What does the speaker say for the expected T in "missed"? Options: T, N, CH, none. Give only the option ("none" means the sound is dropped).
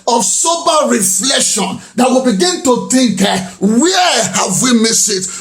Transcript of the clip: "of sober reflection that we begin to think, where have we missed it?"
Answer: none